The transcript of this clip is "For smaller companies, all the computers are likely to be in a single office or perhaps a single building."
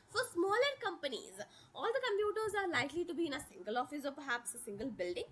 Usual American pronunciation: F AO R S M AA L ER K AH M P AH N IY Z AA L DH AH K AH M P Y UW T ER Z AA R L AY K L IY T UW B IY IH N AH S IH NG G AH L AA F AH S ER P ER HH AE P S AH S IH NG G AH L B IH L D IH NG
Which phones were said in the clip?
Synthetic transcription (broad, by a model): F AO R S M AA L ER K AH M P AH N IY Z AA L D AH K AH M P Y UW T ER Z AA R L AY K L IY T UW B IY IH N AH S IH NG G AH L AA F AH S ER P ER HH AE P S AH S IH NG G AH L B IH L D IH NG